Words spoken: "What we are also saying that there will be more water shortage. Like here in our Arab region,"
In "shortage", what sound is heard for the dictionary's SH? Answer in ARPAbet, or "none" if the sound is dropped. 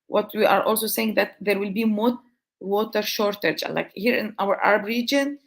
SH